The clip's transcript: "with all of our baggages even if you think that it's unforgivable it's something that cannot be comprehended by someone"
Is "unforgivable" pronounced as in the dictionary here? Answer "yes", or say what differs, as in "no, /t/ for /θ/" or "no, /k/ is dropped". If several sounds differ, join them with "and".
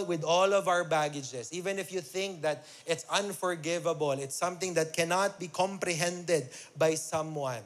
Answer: yes